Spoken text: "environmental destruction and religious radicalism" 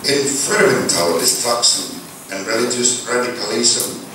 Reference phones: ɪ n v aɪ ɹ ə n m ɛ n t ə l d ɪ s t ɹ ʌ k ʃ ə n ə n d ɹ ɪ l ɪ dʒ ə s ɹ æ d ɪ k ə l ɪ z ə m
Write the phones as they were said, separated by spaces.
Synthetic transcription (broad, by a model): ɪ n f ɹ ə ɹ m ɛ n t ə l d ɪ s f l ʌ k s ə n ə n ɹ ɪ l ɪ dʒ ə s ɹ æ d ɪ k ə l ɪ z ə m